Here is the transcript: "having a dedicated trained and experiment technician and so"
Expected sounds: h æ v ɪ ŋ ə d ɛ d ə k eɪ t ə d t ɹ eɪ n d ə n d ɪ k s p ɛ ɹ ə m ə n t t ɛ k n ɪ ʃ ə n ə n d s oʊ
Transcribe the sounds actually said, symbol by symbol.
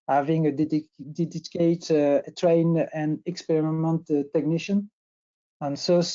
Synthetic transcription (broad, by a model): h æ v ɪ ŋ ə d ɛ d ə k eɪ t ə t ɹ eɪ n ə n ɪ k s p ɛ ɹ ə m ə n t t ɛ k n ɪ ʃ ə n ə n s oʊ